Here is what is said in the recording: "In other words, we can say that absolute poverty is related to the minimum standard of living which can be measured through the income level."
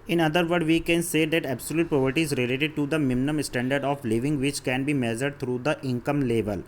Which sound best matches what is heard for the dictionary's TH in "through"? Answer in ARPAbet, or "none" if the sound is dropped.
T